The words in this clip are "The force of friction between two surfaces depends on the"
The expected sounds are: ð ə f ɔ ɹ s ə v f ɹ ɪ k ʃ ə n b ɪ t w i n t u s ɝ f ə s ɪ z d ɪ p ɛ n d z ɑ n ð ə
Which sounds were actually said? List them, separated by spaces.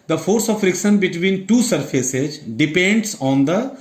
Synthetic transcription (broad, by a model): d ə f ɔ ɹ s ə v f ɹ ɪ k s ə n b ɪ t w i n t u s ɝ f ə s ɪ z d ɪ p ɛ n d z ɑ n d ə